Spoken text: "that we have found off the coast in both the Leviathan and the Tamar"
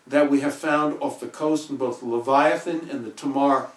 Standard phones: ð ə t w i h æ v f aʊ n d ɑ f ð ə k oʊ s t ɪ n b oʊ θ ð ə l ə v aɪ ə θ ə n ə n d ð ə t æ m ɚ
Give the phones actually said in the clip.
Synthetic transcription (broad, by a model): ð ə t w i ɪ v f aʊ n d ɑ f ð ə k oʊ s t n b oʊ θ l ə v aɪ ə θ ə n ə n ð ə t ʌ m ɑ